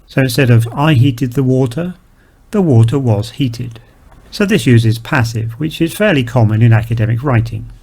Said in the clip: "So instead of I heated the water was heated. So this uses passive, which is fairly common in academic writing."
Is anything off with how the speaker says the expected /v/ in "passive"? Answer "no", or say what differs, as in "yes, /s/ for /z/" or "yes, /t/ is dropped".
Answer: no